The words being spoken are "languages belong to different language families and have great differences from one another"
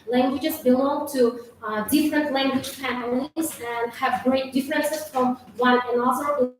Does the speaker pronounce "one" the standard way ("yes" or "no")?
no